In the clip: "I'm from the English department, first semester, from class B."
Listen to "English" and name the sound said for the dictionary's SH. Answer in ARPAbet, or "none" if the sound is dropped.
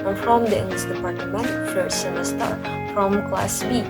S